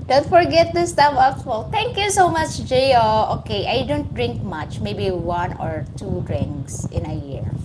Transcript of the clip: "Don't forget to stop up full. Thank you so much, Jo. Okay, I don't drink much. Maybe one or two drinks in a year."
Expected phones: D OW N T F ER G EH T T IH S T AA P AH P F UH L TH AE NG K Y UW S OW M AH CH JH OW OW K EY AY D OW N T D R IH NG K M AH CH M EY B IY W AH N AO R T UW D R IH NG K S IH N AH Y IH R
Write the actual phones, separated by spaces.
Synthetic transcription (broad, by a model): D OW N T F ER G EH T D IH S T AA F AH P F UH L T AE NG K Y UW S OW M AH CH JH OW OW K EY AY D OW N T D R IH NG K M AH CH M EY B IY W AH N AO R T UW D R IH NG K S IH N AH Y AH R